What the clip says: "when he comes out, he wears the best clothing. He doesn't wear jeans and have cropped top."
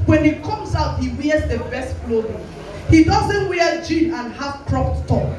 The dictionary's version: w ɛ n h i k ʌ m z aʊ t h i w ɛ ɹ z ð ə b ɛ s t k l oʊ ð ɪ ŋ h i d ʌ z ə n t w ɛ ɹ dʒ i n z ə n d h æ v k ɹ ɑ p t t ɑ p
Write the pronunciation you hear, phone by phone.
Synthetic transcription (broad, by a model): w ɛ n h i k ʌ m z aʊ t h i w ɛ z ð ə b ɛ s t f l oʊ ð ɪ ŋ h i d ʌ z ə n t w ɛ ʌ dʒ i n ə n h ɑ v k ɹ ɑ p t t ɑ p